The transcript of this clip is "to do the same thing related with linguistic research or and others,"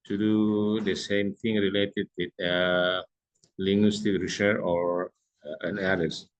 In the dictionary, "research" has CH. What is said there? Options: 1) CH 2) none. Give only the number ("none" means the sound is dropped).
2